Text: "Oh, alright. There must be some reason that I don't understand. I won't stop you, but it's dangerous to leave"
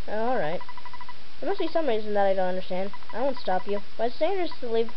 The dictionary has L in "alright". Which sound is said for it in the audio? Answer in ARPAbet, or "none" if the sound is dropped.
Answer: L